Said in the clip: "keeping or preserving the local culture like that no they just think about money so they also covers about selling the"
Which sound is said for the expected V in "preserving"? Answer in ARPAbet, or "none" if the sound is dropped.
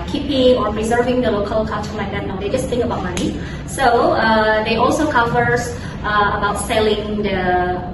V